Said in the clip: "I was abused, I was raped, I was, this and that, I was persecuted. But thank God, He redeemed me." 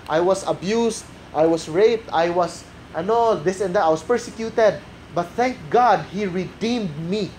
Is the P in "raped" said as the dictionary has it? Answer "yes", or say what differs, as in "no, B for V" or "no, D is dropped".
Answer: yes